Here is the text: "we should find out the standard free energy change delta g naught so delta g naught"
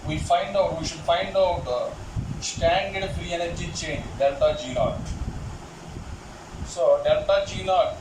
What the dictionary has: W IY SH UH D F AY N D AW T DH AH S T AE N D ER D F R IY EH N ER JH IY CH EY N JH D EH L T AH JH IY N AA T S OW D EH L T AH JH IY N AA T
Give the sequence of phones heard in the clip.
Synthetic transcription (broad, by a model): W IY SH UH D F AY N D AW T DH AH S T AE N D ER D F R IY EH N ER JH IY CH EY N JH D EH L T AH JH IY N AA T S OW D EH L T AH JH IY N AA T